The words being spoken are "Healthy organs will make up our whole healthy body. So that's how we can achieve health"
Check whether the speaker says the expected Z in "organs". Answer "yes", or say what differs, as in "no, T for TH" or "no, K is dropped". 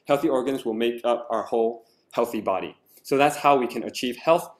yes